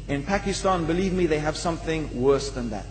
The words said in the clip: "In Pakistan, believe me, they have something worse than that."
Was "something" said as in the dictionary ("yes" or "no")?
yes